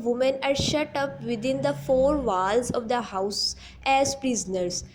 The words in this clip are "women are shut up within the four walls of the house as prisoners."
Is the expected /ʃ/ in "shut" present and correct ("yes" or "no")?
yes